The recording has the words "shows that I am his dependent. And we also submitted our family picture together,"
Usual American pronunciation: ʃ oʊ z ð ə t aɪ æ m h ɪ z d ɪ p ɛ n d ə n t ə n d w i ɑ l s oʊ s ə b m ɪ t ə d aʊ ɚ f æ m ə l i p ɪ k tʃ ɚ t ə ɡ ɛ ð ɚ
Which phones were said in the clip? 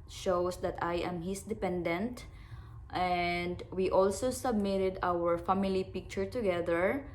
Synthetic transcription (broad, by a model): ʃ oʊ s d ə t aɪ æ m h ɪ s d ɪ p ɛ n d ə n t ə n d w i ɑ l s oʊ s ə b m ɪ t ə d aʊ ɚ f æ m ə l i p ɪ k tʃ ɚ t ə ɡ ɛ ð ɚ